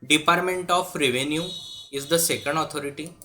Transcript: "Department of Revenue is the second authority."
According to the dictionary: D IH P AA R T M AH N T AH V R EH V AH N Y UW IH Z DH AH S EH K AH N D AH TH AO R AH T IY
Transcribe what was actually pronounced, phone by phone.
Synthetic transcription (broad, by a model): D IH P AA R T M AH N T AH F R EH V AH N Y UW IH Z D AH S EH K AH N D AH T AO R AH T IY